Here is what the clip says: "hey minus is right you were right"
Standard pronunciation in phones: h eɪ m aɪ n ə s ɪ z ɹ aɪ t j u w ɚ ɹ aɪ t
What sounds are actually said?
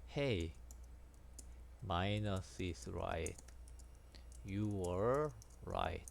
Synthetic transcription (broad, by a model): h eɪ m aɪ n ə s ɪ s ɹ aɪ t j u w ɚ ɹ aɪ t